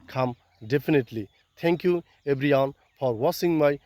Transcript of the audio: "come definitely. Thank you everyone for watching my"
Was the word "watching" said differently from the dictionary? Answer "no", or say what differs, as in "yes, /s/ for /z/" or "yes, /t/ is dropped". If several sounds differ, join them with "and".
yes, /s/ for /tʃ/